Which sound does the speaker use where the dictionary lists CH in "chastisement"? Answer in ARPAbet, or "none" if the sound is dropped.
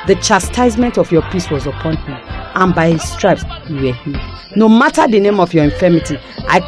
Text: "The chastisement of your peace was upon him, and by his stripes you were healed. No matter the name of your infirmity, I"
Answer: CH